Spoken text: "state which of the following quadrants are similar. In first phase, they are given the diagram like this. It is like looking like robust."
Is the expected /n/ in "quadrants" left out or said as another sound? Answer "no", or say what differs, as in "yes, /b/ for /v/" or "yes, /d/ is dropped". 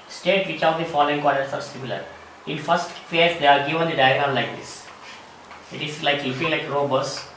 yes, /n/ is dropped